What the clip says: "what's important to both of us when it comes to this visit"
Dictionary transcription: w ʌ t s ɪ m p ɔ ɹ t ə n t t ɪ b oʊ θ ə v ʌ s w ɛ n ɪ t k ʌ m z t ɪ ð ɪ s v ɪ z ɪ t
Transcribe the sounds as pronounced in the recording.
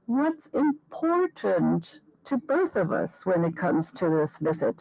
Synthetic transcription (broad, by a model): w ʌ t s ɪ m p ɔ ɹ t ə n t t ɪ b oʊ θ ə v ʌ s w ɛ n ɪ t k ʌ m z t ɪ ð ɪ s v ɪ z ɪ t